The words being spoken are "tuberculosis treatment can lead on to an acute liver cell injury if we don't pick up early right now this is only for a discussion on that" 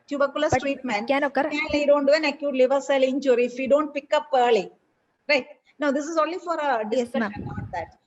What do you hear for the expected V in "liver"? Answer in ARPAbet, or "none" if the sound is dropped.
V